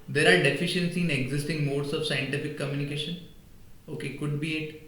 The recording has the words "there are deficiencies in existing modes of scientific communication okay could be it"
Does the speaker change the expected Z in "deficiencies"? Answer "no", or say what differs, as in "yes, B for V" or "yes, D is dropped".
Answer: yes, Z is dropped